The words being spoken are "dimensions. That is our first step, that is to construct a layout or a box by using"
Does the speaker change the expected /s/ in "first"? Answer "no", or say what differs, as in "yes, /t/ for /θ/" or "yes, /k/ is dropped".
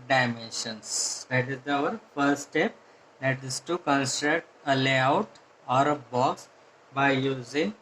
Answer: yes, /s/ is dropped